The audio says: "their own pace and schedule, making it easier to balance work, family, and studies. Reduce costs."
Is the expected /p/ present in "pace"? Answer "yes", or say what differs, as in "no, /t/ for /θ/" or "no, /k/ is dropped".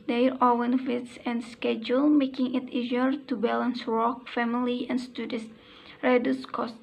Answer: no, /f/ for /p/